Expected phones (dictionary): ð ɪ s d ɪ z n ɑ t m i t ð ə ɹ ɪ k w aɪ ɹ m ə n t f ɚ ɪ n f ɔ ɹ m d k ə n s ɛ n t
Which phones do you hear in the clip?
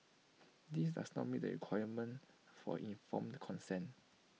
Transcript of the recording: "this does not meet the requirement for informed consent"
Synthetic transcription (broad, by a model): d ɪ s d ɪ s n ɑ t m i t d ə ɹ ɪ k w aɪ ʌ m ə n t f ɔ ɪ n f ɔ m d k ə n s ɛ n